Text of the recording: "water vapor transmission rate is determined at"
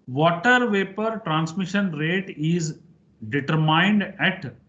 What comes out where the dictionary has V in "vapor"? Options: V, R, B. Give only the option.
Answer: V